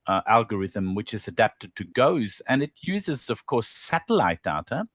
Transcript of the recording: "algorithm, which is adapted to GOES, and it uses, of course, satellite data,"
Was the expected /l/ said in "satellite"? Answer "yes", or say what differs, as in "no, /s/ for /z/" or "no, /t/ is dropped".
yes